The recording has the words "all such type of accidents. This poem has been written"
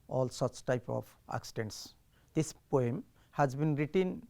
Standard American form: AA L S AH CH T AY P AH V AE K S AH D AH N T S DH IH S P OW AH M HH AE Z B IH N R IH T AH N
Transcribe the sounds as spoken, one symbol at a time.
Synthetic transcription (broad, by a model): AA L S AH CH T AY P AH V AE K S AH D AH N T S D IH S P OW AH M HH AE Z B IH N R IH T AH N